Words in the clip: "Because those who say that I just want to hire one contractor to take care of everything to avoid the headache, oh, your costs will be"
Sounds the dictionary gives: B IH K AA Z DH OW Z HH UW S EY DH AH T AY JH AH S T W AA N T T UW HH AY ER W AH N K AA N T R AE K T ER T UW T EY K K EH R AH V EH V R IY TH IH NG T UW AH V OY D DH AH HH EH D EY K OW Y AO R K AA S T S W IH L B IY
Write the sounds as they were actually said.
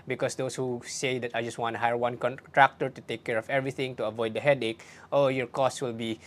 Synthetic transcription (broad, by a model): B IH K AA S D OW S HH UW S EY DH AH T AY JH AH S T W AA N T T UW HH AY ER W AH N K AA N T R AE K T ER T UW T EY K K EH R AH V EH V R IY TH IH NG T UW AH V OY D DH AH HH EH D EY K OW Y AO R K AA S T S W IH L B IY